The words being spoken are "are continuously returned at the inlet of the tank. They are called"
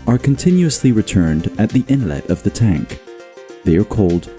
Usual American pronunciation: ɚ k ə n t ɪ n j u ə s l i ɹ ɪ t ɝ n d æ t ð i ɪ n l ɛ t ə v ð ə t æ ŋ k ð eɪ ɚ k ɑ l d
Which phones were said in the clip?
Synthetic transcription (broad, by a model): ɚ k ə n t ɪ n j u ə s l i ɹ ɪ t ɝ n d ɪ t ð i ɪ n l ɛ t ə v ð ə t æ ŋ k ð eɪ ɚ k ɑ l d